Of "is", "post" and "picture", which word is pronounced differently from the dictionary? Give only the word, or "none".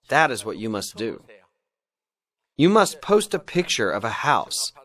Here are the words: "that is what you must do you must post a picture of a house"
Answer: none